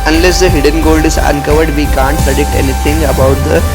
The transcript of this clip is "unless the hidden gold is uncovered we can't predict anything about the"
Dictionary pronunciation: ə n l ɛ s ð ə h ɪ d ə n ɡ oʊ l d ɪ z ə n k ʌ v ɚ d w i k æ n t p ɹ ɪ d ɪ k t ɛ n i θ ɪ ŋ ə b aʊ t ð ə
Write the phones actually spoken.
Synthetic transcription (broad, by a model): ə n l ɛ s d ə h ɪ d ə n ɡ oʊ l d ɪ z ə n k ʌ v ɚ d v i k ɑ n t p ɹ ɪ d ɪ k t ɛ n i t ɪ ŋ ə b aʊ t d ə